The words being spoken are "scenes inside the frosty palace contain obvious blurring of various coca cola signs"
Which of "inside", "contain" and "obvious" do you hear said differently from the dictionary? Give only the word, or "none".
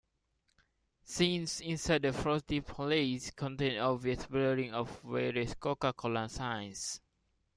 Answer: obvious